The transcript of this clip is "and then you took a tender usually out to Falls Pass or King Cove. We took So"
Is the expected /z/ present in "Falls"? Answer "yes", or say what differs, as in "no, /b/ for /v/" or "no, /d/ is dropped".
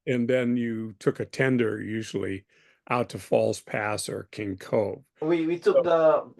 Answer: no, /s/ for /z/